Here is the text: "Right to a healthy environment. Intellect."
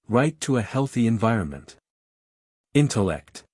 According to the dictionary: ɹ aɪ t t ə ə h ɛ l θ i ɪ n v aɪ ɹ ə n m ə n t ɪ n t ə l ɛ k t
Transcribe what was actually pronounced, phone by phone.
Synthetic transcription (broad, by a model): ɹ aɪ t t ə ə h ɛ l θ i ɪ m v aɪ ɹ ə n m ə n t ɪ n t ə l ɛ k t